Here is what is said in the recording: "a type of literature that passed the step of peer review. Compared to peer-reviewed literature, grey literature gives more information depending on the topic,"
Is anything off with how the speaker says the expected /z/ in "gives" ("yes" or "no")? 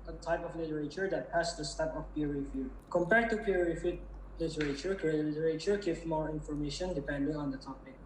yes